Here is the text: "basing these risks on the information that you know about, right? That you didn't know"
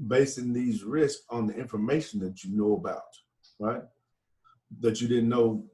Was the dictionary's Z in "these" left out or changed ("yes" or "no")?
no